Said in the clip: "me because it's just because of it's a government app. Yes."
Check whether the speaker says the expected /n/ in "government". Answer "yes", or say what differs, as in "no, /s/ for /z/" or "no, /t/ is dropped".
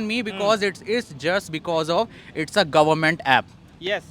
yes